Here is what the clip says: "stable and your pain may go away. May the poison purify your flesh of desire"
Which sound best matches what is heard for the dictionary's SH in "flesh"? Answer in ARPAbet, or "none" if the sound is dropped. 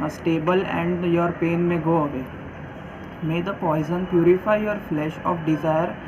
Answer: SH